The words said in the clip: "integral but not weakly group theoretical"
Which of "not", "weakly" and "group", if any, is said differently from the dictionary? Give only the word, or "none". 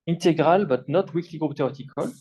none